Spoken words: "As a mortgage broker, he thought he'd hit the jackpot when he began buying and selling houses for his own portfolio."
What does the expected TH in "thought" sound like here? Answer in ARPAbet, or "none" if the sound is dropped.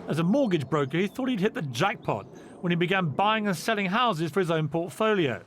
TH